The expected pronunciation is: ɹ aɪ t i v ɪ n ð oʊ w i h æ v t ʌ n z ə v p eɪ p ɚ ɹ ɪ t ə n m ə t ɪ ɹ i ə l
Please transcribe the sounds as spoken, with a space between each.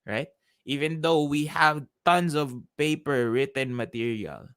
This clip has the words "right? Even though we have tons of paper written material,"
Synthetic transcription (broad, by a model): ɹ aɪ t i v ɪ n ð oʊ w i h æ v t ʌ n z ə v p eɪ p ɚ ɹ ɪ t ə n m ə t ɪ ɹ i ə l